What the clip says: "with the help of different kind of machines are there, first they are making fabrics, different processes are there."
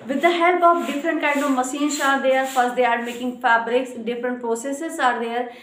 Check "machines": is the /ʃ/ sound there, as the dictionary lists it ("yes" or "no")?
no